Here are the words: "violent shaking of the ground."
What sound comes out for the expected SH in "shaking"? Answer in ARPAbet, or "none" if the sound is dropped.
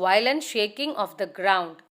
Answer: SH